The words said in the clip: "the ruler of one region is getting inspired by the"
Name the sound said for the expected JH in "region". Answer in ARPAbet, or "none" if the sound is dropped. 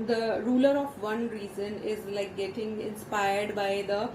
Z